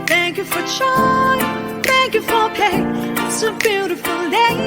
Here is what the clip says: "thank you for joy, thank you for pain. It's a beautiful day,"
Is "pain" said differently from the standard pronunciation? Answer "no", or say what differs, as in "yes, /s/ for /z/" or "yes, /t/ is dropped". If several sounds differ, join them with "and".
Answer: yes, /n/ is dropped